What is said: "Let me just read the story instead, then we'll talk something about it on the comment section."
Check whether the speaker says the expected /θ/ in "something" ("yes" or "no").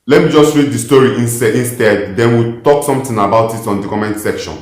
no